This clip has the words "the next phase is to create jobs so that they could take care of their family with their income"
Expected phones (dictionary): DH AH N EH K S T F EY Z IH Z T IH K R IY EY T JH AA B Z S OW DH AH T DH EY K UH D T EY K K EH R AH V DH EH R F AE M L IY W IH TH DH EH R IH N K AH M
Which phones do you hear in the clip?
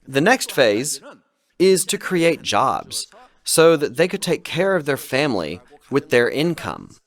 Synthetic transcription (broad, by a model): DH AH N EH K S T F EY Z IH Z T IH K R IY EY T JH AA B Z S OW DH AH T DH EY K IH D T EY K K EH R AH V DH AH R F AE M L IY W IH DH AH R IH N K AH M